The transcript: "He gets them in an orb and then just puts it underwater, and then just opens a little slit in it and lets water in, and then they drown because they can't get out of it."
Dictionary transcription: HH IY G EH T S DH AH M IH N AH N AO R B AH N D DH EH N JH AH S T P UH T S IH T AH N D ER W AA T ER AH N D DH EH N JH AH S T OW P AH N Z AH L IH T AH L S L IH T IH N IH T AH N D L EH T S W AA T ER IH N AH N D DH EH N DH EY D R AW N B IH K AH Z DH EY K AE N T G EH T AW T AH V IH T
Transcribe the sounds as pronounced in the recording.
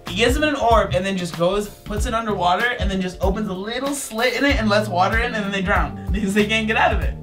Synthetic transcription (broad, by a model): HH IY G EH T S DH AH M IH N AH N AO R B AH N DH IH N JH AH S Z P UH T S IH T AH N D ER W AA T ER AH N DH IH N JH AH S T OW P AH N Z AH L IH T L S L IH T IH N IH T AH N L EH T S W AA T ER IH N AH N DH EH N DH EY D R AW N B IH K AH Z DH EY K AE N G EH T AW T AH V IH T